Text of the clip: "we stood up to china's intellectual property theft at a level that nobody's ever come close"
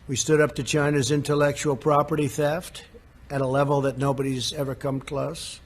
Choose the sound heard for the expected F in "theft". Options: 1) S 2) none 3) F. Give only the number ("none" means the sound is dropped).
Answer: 3